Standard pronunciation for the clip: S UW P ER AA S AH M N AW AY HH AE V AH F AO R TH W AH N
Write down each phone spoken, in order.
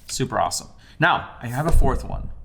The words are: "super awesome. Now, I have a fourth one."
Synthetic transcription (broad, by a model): S UW P ER AA S AH M N AW AY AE V AH F AO R TH W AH N